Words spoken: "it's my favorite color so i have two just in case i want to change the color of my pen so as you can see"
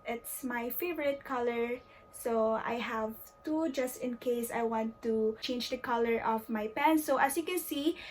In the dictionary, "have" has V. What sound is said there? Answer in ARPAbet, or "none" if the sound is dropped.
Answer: V